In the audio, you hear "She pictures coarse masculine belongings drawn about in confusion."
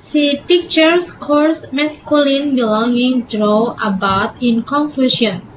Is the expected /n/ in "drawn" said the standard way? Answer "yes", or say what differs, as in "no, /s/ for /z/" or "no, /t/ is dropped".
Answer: no, /n/ is dropped